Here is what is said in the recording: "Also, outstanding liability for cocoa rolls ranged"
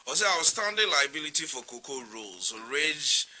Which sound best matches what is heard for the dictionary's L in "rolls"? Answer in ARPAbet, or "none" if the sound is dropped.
L